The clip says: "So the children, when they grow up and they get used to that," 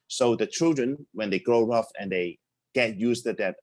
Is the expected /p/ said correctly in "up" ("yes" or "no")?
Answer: no